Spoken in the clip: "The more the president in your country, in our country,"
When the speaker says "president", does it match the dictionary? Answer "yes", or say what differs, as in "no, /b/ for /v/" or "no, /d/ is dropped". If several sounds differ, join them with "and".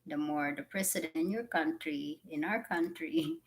no, /s/ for /z/